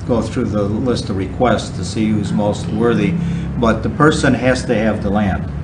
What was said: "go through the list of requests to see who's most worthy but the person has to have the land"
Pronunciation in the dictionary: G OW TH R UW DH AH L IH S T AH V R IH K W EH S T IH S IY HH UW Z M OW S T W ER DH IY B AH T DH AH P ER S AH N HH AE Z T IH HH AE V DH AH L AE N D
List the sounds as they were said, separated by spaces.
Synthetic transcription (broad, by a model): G OW TH R UW DH AH L IH S T AH V R IH K W EH S T IH S IY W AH Z M OW S T W ER DH IY B AH T DH AH P ER S AH N HH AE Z T IH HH V DH AH L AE N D